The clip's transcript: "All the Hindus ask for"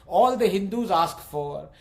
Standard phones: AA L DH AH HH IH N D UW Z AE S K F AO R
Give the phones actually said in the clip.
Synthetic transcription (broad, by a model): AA L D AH HH IH N D UW Z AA S K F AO R